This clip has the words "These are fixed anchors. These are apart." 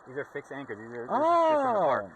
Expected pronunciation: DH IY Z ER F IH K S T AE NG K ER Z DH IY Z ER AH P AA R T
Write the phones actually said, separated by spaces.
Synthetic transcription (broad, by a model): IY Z ER F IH K S AE NG K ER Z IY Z ER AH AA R